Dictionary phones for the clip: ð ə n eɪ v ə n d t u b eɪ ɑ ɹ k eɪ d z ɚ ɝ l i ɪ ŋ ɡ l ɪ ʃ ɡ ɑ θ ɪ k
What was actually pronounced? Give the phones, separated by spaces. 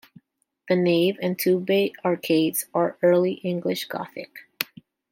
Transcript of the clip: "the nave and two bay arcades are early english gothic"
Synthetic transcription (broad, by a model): ð ə n eɪ v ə n t u b eɪ ɑ ɹ k eɪ d z ɚ ɝ l i ɪ ŋ ɡ l ɪ ʃ ɡ ɑ θ ɪ k